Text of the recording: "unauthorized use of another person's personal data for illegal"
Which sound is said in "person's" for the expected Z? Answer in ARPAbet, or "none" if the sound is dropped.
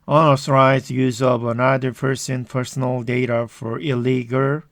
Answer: none